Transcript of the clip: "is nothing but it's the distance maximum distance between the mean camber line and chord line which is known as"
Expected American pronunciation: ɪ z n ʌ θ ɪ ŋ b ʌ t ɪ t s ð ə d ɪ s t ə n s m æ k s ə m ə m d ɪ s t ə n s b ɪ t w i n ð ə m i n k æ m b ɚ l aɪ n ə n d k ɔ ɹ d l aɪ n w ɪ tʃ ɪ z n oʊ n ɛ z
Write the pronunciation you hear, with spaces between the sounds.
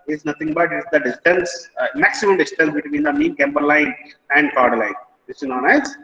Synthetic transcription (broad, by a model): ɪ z n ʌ t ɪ ŋ b ʌ t ɪ t s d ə d ɪ s t ə n s m æ k s ə m ə m d ɪ s t ə n s b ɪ t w i n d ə m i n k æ m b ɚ l aɪ n ə n d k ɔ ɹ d l aɪ n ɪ s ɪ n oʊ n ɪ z